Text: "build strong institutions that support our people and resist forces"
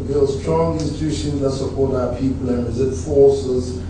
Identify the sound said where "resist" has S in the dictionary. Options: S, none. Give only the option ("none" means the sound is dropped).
none